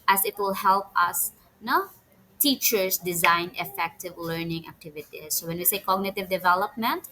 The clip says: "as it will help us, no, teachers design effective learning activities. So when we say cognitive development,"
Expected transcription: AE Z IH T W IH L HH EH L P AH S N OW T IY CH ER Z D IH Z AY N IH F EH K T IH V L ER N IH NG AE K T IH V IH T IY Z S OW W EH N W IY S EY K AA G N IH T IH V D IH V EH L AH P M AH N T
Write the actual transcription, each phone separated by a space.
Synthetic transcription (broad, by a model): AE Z IH T W IH L HH EH L P AH S N OW T IY CH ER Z D IH Z AY N IH F EH K T IH V L ER N IH NG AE K T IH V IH T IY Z S OW W EH N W IY S EY K AA G N IH T IH V D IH V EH L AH P M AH N T